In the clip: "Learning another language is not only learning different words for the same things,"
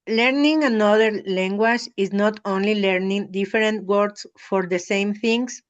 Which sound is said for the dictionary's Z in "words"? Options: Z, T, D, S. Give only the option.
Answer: S